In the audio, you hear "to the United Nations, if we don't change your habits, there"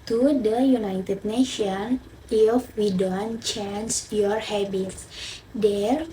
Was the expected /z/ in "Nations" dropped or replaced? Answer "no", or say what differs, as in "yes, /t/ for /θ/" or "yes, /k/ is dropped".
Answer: yes, /z/ is dropped